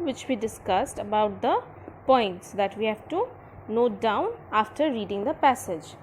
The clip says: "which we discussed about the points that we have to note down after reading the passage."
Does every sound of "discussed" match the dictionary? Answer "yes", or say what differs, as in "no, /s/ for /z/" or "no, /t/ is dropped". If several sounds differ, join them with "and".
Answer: yes